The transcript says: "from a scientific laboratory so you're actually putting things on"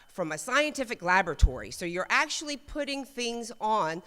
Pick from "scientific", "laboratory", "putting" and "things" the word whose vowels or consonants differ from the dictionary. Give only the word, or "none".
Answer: none